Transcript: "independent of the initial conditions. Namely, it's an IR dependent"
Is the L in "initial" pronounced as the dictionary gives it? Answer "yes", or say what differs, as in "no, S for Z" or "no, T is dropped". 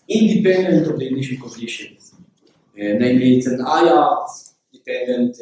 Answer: no, N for L